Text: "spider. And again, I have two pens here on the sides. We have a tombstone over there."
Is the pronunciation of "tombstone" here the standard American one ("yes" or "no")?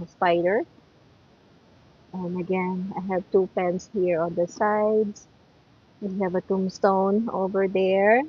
yes